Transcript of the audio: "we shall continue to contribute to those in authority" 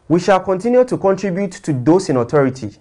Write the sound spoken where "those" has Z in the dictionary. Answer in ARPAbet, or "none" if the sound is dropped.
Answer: S